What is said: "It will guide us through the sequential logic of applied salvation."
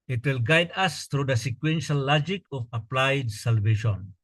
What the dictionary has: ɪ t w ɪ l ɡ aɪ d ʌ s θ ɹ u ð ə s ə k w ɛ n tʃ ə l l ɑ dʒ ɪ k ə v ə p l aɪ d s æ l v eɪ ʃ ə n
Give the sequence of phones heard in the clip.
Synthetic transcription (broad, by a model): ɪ t w ɪ l ɡ aɪ d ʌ s t ɹ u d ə s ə k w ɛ n ʃ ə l l ɑ dʒ ɪ k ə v ə p l aɪ d s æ l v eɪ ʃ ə n